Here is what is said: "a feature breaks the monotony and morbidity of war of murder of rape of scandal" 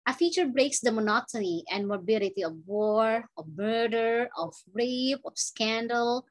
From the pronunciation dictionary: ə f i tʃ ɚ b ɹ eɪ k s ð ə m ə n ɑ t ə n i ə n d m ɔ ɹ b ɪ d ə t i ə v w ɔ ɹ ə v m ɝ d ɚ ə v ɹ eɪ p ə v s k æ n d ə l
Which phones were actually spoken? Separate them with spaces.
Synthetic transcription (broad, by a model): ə f i tʃ ɚ b ɹ eɪ k s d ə m ə n ɑ t ə n i ə n d m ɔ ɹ b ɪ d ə t i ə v w ɔ ɹ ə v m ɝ d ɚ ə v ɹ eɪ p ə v s k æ n d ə l